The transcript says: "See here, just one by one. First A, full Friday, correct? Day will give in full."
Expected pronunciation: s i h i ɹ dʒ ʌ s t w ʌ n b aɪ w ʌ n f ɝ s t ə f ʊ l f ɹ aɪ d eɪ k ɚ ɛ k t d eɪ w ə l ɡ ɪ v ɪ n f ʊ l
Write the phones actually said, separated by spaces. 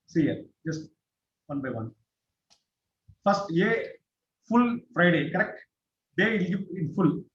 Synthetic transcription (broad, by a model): s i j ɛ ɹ dʒ ʌ s t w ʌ n b aɪ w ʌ n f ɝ s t ə f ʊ l f ɹ aɪ d eɪ k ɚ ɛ k t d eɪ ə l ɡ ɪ ɪ n f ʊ l